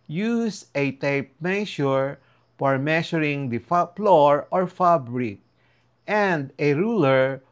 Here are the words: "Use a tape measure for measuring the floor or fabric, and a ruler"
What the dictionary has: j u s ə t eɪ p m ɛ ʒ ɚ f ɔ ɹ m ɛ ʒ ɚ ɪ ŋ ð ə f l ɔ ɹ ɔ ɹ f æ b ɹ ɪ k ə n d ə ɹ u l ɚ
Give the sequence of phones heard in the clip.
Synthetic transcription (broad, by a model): j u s ə t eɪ p m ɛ ʃ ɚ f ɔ ɹ m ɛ ʃ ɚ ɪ ŋ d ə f l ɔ ɹ ɔ ɹ f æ b ɹ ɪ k ə n d ə ɹ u l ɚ